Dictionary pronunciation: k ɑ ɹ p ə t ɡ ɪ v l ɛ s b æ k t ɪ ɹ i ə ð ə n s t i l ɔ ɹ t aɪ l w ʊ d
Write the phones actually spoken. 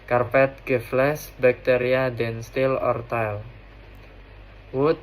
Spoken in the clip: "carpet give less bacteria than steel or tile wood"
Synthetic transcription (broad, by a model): k ɑ ɹ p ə t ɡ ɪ f l ɛ s b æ k t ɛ ɹ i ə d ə n s t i l ɔ ɹ t aɪ l w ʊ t